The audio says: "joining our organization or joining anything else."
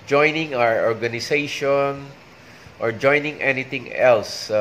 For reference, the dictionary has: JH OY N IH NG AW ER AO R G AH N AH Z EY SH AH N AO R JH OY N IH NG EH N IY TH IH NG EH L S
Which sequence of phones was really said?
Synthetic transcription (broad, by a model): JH OY N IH NG AW ER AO R G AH N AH S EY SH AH N AO R JH OY N IH NG EH N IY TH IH NG EH L S